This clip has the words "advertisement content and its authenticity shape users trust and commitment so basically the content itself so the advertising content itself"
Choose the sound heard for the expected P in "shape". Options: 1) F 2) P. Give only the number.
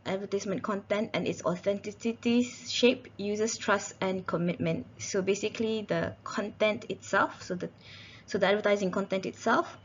2